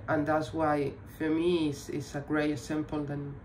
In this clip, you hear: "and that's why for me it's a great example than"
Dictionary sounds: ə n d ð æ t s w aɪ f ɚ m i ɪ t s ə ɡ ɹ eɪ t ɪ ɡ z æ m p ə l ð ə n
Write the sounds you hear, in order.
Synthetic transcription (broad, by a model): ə n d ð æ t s w aɪ f ɚ m i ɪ s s ə ɡ ɹ eɪ t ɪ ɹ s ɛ m p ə l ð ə n